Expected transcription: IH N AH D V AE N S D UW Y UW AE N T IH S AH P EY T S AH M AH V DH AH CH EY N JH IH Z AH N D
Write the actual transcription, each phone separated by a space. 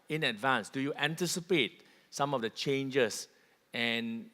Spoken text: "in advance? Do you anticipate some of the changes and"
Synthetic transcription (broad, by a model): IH N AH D V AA N S D UW Y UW AE N T IH S AH P EY T S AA M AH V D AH CH EY N JH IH S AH N